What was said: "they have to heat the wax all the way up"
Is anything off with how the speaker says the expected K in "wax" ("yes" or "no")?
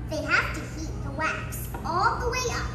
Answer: no